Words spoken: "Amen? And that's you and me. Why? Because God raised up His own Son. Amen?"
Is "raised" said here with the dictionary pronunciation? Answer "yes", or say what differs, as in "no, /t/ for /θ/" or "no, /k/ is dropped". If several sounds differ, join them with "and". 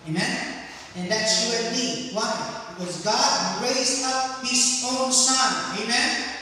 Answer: no, /d/ is dropped